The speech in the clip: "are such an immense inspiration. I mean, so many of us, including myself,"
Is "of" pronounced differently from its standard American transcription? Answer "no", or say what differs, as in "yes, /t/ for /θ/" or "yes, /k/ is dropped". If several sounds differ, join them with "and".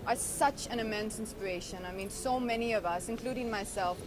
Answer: no